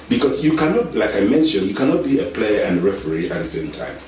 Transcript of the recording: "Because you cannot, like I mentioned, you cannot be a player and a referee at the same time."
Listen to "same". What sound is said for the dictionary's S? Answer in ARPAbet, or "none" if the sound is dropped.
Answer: S